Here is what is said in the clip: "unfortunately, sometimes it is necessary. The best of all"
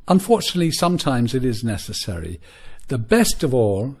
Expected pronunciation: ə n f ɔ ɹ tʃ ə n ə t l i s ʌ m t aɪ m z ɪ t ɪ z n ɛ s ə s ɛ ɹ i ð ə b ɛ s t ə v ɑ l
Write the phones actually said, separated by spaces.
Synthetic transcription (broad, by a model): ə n f ɔ ɹ tʃ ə n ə t l i s ʌ m t aɪ m z ɪ t ɪ z n ɛ s ə s ɛ ɹ i ð ə b ɛ s t ə v ɑ l